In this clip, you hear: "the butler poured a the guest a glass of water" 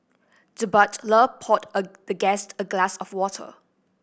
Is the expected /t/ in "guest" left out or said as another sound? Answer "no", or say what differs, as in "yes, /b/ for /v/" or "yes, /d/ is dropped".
no